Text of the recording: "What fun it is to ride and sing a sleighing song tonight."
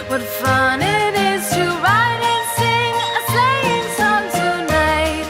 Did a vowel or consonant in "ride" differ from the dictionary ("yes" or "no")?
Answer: no